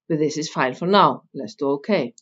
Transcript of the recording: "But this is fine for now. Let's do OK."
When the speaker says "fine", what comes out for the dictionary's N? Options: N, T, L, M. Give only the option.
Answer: L